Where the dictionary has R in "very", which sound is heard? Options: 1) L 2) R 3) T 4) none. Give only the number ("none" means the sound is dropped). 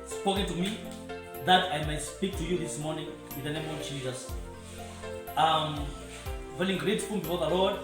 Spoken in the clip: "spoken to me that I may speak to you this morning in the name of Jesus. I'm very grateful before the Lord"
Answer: 1